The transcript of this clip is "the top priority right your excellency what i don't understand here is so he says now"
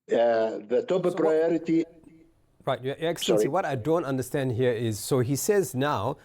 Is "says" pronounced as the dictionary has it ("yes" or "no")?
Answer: yes